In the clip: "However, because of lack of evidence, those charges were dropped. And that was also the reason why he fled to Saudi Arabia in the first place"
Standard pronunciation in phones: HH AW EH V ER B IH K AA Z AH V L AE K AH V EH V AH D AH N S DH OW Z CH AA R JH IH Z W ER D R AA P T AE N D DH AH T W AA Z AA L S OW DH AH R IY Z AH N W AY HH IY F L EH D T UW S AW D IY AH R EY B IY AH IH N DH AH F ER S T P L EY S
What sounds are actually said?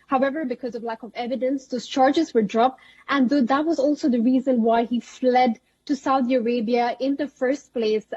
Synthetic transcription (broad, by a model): HH AW EH V ER B IH K AA Z AH V L AE K AH V EH V AH D AH N S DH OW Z CH AA R JH IH Z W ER D R AA P T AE N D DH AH T W AA Z AA L S OW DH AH R IY Z AH N W AY HH IY F L EH D T UW S AW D IY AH R EY B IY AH IH N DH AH F ER S T P L EY S